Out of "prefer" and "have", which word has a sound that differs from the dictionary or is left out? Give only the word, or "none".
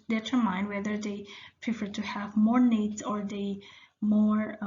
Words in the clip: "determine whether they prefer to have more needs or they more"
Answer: none